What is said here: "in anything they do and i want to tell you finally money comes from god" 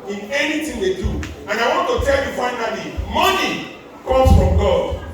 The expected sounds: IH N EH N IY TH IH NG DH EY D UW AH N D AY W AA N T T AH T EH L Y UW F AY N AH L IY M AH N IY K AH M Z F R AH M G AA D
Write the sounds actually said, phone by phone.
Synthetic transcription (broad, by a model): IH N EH N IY T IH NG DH EY D UW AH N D AY W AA N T T AH T EH L Y UW F AY N AH L IY M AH N IY K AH M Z F R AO M G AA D